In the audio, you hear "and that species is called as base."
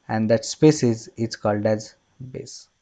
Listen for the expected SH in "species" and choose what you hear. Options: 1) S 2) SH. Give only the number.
1